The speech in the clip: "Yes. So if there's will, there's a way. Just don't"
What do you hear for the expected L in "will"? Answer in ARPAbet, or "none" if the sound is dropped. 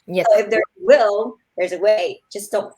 L